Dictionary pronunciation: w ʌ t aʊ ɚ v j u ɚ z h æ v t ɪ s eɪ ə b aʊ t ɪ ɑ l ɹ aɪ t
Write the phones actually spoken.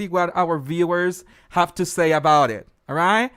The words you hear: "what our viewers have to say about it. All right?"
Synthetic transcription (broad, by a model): w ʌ t aʊ ɚ v j u ɚ z h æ f t ɪ s eɪ ə b aʊ t ɪ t ɹ aɪ t